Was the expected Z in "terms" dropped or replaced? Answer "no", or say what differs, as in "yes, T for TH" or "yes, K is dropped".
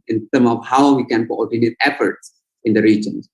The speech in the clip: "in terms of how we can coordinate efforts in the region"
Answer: yes, Z is dropped